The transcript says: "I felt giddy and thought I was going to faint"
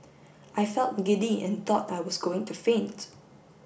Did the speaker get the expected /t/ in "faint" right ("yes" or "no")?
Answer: yes